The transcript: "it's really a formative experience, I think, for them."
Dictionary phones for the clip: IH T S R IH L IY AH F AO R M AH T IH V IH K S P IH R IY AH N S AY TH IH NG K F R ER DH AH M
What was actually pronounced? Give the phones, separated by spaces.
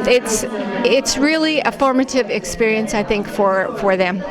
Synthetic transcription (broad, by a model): IH T S R IH L IY AH F AO R M AH T IH V IH K S P IH R IY AH N S AY TH IH NG K F R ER DH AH M